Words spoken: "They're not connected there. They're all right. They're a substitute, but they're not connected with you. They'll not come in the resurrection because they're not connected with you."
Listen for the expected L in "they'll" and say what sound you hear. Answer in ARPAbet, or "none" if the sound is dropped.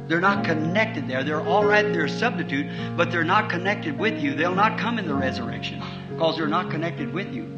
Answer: L